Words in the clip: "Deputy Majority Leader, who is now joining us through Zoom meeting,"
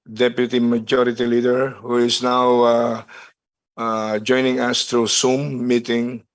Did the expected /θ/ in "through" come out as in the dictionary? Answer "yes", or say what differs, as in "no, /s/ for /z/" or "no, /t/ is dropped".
no, /t/ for /θ/